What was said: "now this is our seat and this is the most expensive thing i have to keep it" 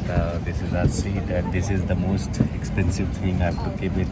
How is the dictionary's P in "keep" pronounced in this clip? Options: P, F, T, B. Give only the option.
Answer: B